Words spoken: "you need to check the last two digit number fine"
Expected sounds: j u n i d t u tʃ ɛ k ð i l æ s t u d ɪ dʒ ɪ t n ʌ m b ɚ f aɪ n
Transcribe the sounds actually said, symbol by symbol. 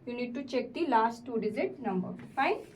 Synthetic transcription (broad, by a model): j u n i d t u tʃ ɛ k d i l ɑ s t u d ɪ z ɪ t n ʌ m b ɚ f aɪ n